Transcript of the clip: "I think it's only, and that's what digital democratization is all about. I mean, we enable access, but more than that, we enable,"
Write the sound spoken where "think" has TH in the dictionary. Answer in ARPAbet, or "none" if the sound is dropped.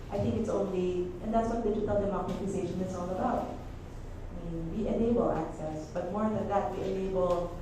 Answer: TH